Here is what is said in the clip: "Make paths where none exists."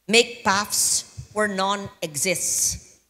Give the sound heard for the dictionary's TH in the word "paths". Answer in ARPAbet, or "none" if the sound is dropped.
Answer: F